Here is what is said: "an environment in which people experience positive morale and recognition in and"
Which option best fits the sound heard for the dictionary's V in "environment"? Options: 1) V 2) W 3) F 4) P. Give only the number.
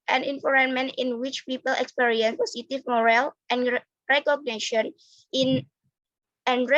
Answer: 3